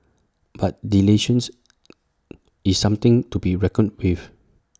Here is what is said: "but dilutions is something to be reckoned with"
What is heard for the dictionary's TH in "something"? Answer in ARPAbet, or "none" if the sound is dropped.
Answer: T